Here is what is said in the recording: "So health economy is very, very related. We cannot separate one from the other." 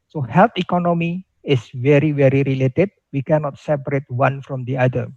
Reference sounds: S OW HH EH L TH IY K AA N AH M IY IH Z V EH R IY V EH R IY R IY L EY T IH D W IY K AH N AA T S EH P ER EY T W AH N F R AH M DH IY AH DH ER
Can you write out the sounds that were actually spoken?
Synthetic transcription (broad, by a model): S OW HH EH L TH IY K AA N AH M IY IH S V EH R IY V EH R IY R IY L EY T IH D W IY K AH N AA T S EH P ER EY T W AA N F R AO M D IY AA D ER